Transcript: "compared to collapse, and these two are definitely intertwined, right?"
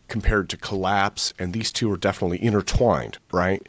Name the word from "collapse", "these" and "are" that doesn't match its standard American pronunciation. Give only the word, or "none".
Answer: none